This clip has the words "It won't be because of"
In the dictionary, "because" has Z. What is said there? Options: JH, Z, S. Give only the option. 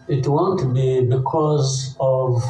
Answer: Z